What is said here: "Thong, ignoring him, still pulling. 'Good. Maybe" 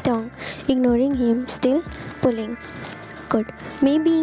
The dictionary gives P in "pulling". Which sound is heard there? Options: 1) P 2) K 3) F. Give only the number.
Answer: 1